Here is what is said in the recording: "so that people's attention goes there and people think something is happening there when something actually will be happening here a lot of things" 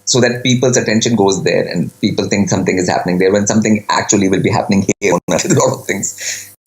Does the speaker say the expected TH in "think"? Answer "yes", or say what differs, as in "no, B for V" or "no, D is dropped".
no, T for TH